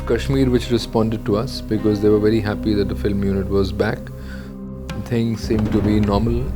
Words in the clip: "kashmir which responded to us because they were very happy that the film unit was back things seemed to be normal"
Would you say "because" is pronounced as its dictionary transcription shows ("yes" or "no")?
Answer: yes